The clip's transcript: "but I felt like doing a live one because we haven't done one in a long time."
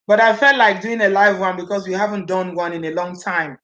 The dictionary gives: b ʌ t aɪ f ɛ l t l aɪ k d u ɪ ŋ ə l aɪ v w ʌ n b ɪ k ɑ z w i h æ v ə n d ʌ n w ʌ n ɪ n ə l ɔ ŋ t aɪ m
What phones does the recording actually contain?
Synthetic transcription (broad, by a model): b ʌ t aɪ f ɛ l t l aɪ k d u ɪ ŋ ə l aɪ v w ʌ n b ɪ k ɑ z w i h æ v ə n d ʌ n w ʌ n ɪ n ə l ɔ ŋ t aɪ m